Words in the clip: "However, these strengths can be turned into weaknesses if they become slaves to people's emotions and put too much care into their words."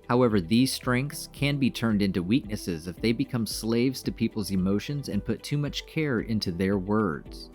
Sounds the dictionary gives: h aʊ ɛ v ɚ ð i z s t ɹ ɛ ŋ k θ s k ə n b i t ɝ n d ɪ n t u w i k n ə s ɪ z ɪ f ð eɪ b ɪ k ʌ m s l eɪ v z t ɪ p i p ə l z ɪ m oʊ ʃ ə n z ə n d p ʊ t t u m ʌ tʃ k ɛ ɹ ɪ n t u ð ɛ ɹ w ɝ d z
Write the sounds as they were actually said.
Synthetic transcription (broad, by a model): h aʊ ɛ v ɚ ð i z s t ɹ ɛ ŋ k θ s k ə n b i t ɝ n d ɪ n t u w i k n ə s ɪ z ɪ f ð eɪ b ɪ k ʌ m s l eɪ v z t ɪ p i p l z ɪ m oʊ ʃ ə n z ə n p ʊ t t u m ʌ tʃ k ɛ ɹ ɪ n t u ð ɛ ɹ w ɝ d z